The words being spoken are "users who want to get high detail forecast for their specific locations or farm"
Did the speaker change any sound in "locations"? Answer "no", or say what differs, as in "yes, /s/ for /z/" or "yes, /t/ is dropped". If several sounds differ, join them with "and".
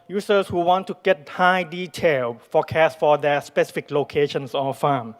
yes, /s/ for /z/